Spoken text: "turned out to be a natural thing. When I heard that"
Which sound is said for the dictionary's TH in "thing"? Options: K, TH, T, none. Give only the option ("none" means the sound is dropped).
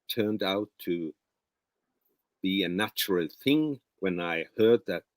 TH